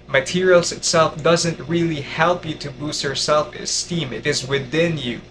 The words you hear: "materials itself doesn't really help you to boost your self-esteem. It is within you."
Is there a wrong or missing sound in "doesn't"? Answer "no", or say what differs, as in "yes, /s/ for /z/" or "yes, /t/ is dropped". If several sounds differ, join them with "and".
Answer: no